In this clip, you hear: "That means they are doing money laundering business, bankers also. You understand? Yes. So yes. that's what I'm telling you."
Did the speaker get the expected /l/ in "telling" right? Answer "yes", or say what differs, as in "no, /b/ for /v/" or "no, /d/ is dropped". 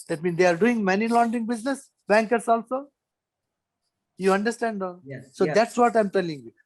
yes